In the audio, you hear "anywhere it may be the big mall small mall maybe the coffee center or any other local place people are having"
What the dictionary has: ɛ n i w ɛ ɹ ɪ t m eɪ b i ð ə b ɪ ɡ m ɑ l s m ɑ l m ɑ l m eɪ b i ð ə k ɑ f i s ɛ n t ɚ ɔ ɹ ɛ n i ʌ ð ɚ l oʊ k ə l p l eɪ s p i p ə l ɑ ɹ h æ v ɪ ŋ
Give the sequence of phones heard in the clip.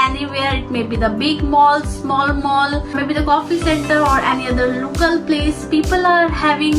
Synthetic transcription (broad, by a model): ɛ n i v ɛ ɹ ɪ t m eɪ b i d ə b ɪ ɡ m ɑ l s m ɑ l m ɑ l m eɪ b i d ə k ɑ f i s ɛ n t ɚ ɔ ɹ ɛ n i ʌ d ɚ l oʊ k ə l p l eɪ s p i p ə l ɑ ɹ h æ v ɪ ŋ